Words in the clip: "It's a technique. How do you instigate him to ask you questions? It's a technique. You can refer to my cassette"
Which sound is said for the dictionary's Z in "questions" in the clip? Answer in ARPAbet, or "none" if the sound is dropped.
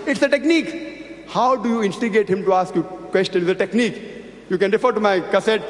none